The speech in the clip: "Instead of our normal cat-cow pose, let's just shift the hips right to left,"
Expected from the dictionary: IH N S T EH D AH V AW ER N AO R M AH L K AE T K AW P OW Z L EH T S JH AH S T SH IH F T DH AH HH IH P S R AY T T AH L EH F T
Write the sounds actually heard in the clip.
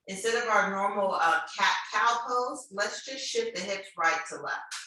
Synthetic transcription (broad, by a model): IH N S T EH D AH V AW ER N AO R M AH K AE T K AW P OW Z L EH T S JH AH S T SH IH T DH AH HH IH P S R AY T T AH L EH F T